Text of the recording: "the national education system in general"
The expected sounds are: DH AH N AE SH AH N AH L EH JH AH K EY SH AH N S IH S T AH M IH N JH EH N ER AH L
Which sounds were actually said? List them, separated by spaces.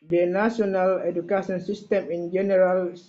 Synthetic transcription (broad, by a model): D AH N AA S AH N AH L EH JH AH K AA S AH N S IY S T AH M IH N JH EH N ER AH L